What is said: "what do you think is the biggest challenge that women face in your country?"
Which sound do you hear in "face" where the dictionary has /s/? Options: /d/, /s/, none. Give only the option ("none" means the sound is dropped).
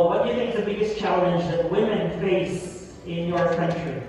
/s/